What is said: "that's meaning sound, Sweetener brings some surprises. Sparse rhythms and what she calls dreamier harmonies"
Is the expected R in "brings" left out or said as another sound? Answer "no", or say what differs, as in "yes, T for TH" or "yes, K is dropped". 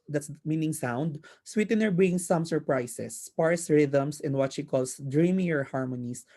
yes, R is dropped